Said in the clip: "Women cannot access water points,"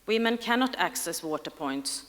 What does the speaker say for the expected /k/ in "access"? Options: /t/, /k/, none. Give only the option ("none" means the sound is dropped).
/k/